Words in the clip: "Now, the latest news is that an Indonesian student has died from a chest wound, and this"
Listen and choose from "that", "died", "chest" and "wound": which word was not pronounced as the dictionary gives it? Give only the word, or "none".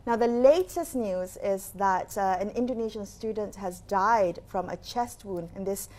wound